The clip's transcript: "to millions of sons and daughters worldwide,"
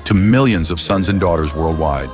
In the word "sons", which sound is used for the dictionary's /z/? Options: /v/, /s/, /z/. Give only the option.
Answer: /z/